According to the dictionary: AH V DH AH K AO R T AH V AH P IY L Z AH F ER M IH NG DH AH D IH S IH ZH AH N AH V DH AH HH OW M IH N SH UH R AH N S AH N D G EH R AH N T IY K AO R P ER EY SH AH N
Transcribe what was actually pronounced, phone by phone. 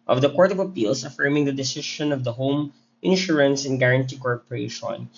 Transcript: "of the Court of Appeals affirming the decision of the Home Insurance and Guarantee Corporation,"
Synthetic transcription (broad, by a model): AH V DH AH K AO R T AH V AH P IY L S AH F ER M IH NG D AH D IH S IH SH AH N AH V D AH HH OW M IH N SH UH R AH N S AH N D G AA R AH N T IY K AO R P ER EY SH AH N